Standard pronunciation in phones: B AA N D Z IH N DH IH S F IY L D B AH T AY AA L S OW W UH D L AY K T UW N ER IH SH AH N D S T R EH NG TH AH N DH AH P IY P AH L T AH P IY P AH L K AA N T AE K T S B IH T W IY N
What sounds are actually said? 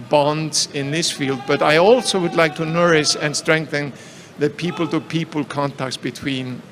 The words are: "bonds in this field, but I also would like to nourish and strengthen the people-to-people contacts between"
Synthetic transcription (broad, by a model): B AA N D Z IH N DH IH S F IY L D B AH T AY AA L S OW W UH D L AY K T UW N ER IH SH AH N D S T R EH NG TH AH N DH AH P IY P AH L T AH P IY P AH L K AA N T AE K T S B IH T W IY N